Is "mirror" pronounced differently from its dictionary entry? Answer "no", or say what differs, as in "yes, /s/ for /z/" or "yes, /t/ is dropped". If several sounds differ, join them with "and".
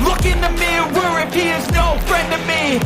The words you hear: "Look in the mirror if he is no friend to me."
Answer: yes, /w/ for /ɹ/